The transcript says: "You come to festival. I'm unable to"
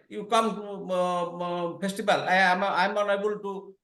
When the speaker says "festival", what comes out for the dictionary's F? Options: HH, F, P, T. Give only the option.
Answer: P